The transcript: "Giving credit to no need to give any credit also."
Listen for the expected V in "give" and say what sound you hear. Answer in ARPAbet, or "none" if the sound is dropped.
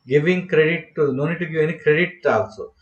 none